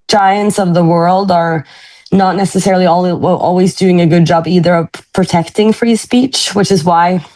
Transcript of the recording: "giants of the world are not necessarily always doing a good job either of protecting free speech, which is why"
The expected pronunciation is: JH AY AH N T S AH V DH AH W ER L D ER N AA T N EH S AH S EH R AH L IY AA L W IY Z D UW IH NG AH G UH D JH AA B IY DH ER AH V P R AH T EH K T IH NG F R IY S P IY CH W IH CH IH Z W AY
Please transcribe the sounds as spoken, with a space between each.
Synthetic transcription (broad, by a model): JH AY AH N T S AH V DH AH W ER L D ER N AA T N EH S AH S EH R L IY AA L W IY Z D UW IH NG AH G UH D JH AA B IY DH ER AH V P R AH T EH K T IH NG F R IY S P IY CH W IH CH IH Z W AY